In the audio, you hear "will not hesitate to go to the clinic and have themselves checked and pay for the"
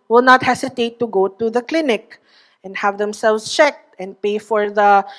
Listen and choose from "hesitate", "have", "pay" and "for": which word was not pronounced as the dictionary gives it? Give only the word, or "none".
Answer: hesitate